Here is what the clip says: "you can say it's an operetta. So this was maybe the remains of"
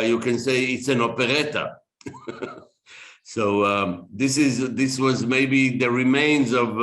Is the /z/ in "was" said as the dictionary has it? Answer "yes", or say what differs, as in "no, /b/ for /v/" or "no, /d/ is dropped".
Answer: yes